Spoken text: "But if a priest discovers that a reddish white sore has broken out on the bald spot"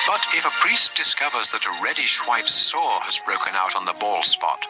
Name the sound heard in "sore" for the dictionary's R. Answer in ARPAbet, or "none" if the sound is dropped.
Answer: R